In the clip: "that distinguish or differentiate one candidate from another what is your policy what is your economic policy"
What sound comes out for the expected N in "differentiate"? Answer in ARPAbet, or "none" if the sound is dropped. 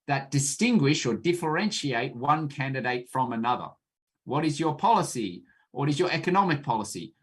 N